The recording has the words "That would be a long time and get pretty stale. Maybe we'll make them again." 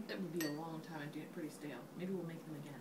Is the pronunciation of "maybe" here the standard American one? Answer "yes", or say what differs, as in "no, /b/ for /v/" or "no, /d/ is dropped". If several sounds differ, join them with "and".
yes